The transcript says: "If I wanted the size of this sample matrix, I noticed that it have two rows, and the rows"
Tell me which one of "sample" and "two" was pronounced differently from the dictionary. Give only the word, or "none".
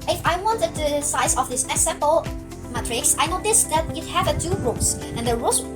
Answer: sample